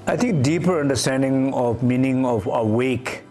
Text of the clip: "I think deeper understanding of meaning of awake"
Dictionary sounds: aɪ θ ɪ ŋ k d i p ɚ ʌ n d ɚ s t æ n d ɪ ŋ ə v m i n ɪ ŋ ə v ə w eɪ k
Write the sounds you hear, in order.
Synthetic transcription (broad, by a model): aɪ t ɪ ŋ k d i p ɚ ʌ n d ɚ s t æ n d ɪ ŋ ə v m i n ɪ ŋ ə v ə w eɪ k